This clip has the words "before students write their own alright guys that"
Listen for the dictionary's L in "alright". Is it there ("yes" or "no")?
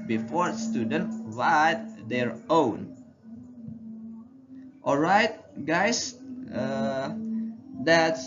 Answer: yes